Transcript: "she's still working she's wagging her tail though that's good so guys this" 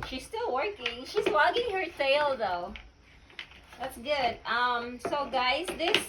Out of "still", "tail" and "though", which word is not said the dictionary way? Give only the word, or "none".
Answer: tail